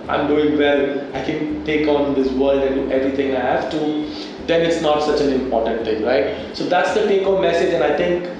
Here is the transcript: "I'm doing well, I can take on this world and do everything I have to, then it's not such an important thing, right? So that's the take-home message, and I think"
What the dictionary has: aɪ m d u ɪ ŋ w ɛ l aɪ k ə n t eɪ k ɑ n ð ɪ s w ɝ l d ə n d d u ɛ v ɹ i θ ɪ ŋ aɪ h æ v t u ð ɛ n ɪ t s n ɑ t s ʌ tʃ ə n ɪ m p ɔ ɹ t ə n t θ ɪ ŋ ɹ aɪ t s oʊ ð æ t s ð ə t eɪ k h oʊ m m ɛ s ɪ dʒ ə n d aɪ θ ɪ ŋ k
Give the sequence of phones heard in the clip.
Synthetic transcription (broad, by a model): aɪ m d u ɪ ŋ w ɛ l aɪ k ə n t eɪ k ɑ n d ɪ s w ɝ l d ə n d d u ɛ v ɹ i t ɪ ŋ aɪ h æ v t u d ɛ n ɪ t s n ɑ t s ʌ tʃ ə n ɪ m p ɔ ɹ t ə n t t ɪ ŋ ɹ aɪ t s oʊ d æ t s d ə t eɪ k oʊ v m ɛ s ɪ dʒ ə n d aɪ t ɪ ŋ k